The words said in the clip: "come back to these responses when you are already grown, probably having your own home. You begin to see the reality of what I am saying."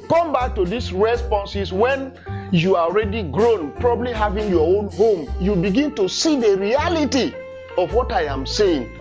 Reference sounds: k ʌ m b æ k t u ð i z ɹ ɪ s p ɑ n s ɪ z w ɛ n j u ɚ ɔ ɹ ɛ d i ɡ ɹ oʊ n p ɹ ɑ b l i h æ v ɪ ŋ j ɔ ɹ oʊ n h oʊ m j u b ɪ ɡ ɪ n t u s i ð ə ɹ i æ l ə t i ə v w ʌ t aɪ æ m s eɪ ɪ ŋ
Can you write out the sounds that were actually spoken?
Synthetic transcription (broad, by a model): k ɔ m b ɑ k t u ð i s ɹ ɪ s p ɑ n s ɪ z w ɛ n j u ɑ ɔ ɹ ɛ d i ɡ ɹ oʊ n p ɹ ɑ b l i h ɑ v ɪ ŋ j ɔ oʊ n h oʊ m j u b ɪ ɡ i n t u s i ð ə ɹ i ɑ l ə t i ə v w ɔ t aɪ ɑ m s eɪ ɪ ŋ